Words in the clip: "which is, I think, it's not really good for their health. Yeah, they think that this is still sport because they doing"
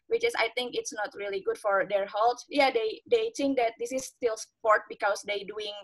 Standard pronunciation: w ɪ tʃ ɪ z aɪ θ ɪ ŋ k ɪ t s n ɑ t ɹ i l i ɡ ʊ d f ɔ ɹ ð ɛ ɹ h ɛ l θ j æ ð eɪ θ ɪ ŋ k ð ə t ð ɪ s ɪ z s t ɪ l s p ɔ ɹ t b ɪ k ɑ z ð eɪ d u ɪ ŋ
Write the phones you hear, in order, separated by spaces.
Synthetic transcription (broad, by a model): w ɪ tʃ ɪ s aɪ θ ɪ ŋ k ɪ t s n ɑ t ɹ i l i ɡ ʊ d f ɔ ɹ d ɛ ɹ h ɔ l t j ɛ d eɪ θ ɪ ŋ k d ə t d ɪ s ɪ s t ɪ l s p ɔ ɹ t b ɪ k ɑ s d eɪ d u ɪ ŋ